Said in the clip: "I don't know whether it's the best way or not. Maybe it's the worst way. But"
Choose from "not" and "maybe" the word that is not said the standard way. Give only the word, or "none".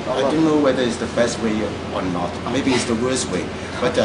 none